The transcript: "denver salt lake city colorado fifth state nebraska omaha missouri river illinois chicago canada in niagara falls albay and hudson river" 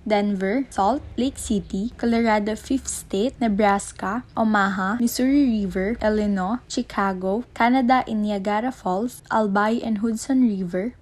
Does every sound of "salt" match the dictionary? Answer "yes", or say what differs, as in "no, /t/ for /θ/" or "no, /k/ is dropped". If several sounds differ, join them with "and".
yes